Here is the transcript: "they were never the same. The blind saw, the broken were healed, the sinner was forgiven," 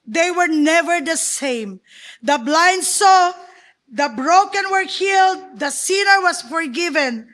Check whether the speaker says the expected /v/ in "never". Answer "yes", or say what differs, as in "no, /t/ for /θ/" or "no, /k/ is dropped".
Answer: yes